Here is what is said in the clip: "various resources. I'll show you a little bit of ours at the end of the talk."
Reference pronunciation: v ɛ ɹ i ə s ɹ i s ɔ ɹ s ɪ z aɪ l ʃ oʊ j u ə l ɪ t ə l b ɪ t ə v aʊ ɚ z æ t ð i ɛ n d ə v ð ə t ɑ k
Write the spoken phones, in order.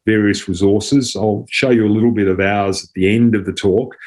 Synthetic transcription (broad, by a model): v ɛ ɹ i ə s ɹ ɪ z ɔ ɹ s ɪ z aɪ l ʃ oʊ j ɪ ə l ɪ t l b ɪ t ə v aʊ ɚ z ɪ t ð i ɛ n d ə v ð ə t ɑ k